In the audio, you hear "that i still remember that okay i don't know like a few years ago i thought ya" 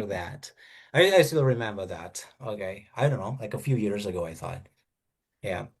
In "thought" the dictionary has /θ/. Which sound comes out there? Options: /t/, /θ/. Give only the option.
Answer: /θ/